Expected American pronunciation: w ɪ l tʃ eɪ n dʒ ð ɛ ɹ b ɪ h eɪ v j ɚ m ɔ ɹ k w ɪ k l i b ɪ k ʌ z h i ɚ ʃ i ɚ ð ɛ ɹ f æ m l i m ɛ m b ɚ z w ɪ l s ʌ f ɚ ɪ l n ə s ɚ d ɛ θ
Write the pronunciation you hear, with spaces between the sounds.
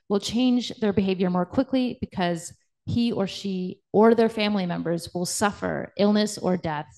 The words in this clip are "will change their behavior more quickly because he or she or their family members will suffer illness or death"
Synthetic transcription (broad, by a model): w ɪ l tʃ eɪ n dʒ ð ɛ ɹ b ɪ h eɪ v j ɚ m ɔ ɹ k w ɪ k l i b ɪ k ʌ z h i ɚ ʃ i ɚ ð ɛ ɹ f æ m l i m ɛ m b ɚ z w ɪ l s ʌ f ɚ ɪ l n ə s ɚ d ɛ θ